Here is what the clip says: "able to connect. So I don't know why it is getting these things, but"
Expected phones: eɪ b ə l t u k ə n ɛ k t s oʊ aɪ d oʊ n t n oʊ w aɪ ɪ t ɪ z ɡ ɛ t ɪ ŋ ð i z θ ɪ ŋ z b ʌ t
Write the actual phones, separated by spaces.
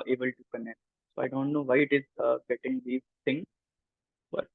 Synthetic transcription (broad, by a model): eɪ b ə l t u k ə n ɛ k t s oʊ aɪ d oʊ n t n oʊ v aɪ ɪ t ɪ z ɡ ɛ t ɪ ŋ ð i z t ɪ ŋ b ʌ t